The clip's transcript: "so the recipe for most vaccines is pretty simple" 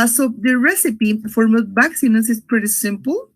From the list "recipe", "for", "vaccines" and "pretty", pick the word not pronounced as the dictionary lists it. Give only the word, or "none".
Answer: vaccines